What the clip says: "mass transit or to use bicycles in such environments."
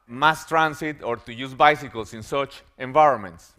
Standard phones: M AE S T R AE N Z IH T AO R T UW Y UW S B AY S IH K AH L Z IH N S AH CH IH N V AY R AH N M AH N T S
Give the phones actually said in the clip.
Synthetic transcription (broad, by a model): M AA S T R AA N S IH T AO R T UW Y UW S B AY S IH K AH L S IH N S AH CH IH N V AY R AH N M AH N T S